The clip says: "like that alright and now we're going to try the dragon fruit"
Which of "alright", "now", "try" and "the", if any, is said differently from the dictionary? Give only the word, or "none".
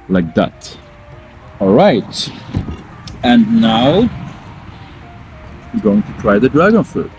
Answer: none